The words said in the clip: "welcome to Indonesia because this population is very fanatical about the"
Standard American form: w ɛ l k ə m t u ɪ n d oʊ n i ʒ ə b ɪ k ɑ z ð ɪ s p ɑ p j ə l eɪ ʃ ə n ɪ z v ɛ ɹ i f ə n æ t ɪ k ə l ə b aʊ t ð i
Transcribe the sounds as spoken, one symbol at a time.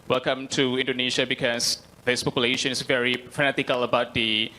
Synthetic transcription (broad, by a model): w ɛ l k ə m t u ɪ n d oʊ n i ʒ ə b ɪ k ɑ s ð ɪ s p ɑ p j ə l eɪ ʃ ə n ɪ s v ɛ ɹ i f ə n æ t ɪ k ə l ə b aʊ t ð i